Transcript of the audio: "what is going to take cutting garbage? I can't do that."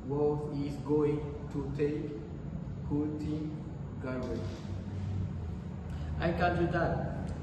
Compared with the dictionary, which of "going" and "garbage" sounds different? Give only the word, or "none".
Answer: garbage